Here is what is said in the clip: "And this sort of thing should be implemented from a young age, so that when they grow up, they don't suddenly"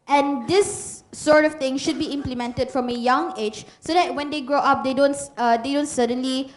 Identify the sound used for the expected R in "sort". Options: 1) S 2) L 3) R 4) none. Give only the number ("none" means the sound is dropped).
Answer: 3